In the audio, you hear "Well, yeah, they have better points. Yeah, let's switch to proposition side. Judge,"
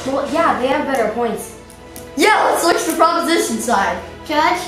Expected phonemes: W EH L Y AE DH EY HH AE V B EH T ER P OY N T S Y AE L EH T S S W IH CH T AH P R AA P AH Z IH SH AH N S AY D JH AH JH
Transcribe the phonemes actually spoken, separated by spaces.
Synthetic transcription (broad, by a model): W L Y AE DH EY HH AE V B EH T ER P OY N T S Y AE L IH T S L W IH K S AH P R AA P AH Z IH SH AH N S AY D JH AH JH